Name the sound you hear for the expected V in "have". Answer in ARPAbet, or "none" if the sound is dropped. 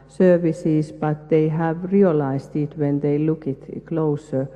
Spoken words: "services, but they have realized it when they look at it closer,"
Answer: V